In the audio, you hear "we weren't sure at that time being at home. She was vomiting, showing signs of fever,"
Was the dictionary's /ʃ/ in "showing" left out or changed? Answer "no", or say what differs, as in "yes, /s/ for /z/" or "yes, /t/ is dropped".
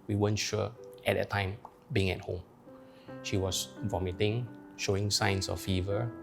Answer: no